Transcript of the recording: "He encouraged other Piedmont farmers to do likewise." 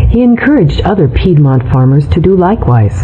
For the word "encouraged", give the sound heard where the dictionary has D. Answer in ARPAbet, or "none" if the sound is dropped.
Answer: D